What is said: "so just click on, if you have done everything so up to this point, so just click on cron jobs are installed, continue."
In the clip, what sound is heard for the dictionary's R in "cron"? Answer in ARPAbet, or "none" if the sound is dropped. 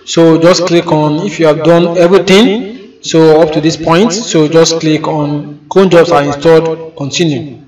none